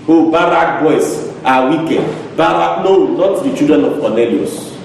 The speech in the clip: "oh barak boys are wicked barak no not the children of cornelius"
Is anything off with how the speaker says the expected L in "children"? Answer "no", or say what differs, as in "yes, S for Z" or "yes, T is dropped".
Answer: yes, L is dropped